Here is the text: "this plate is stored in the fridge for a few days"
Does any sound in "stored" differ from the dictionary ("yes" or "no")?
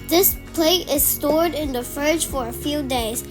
no